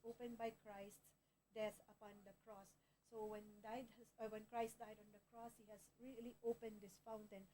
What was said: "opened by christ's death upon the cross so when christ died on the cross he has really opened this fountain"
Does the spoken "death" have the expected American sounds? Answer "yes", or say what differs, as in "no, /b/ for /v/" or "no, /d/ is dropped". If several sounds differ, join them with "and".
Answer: no, /s/ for /θ/